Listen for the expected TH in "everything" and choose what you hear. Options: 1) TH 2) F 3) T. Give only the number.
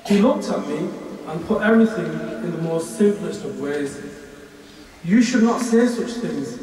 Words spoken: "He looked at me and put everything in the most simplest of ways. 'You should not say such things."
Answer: 1